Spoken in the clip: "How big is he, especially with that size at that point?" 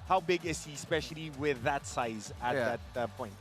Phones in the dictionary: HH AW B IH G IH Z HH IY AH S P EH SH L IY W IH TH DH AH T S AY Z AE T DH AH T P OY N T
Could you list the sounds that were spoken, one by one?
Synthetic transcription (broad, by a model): HH AW B IH G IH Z HH IY S P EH SH L IY W IH DH AH T S AY Z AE DH AH T P OY N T